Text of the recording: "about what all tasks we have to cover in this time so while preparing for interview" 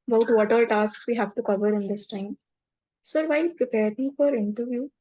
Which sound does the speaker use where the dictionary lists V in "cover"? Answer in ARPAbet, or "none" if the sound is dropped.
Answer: V